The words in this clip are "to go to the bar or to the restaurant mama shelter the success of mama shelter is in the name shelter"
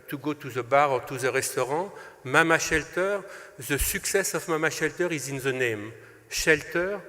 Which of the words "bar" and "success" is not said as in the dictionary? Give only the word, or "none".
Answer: none